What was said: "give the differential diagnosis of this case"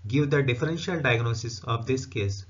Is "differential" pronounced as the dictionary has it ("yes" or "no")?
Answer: yes